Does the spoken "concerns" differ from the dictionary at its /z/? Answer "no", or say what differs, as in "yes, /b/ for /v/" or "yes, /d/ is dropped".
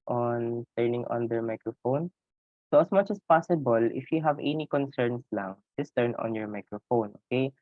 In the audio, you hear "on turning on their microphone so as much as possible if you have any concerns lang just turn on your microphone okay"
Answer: yes, /s/ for /z/